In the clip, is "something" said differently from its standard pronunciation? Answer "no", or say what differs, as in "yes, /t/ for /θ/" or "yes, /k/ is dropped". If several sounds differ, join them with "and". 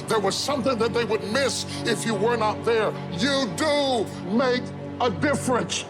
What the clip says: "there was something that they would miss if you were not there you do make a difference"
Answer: no